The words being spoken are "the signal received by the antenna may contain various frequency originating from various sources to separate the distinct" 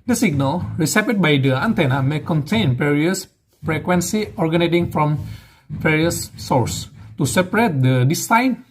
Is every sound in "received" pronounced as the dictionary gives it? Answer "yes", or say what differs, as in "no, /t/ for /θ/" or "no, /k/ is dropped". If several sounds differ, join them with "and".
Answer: no, /p/ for /v/